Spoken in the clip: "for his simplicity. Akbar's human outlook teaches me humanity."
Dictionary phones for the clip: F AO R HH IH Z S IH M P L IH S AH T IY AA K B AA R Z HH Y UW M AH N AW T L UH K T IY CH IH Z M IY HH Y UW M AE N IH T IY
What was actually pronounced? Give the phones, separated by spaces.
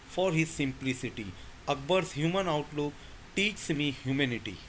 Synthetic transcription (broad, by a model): F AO R HH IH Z S IH M P L IH S AH T IY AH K B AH R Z HH Y UW M AH N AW T L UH K T IY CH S M IY HH Y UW M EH N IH T IY